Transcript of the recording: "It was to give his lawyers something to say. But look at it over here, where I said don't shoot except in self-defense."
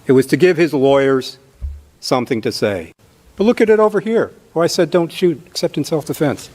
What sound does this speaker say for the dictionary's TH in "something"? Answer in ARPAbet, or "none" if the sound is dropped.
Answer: TH